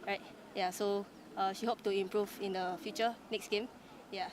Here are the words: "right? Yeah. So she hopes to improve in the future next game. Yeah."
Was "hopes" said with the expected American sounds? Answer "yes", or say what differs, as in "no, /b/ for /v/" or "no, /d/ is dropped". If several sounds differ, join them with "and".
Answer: no, /s/ is dropped